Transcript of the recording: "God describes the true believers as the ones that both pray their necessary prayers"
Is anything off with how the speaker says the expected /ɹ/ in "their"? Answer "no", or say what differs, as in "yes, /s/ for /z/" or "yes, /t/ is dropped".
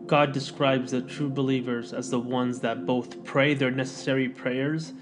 no